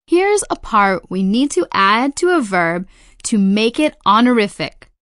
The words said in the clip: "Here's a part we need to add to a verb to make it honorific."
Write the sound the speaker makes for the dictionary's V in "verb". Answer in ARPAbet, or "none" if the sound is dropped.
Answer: V